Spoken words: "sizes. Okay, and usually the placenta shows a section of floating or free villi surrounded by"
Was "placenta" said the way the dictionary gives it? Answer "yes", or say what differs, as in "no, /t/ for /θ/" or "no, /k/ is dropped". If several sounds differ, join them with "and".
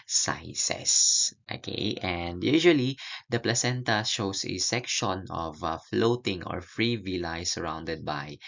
yes